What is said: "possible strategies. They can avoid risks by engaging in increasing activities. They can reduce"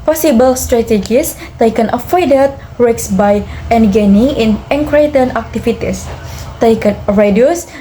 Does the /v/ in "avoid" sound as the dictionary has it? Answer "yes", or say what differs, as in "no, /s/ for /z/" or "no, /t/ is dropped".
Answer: no, /f/ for /v/